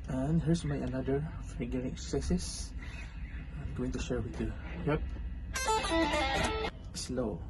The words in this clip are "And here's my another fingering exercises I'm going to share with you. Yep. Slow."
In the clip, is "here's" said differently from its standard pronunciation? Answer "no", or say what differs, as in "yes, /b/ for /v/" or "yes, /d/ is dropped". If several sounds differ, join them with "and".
yes, /s/ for /z/